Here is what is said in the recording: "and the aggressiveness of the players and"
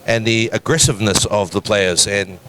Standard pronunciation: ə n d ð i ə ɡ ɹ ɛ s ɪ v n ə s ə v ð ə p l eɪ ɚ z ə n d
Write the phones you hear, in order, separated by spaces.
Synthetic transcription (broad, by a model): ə n ð i ə ɡ ɹ ɛ s ɪ v n ə s ə v ð ə p l eɪ ɚ z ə n